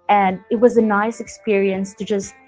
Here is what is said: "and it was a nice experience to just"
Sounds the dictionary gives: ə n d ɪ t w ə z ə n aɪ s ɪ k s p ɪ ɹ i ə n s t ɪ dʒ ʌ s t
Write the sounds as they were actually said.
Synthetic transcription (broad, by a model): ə n ɪ t w ə z ə n aɪ s ɪ k s p ɪ ɹ i ə n s t ɪ dʒ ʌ s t